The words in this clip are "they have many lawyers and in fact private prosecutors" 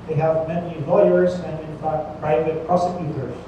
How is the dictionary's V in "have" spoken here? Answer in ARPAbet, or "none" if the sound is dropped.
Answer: V